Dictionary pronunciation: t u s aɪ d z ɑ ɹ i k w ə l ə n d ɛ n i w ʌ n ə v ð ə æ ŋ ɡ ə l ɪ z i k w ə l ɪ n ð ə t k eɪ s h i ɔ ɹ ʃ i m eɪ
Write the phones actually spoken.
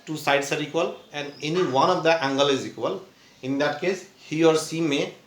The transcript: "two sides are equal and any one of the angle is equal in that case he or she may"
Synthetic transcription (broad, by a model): t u s aɪ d s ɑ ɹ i k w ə l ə n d ɛ n i w ʌ n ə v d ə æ ŋ ɡ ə l ɪ z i k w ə l ɪ n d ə t k eɪ s h i ɔ ɹ s i m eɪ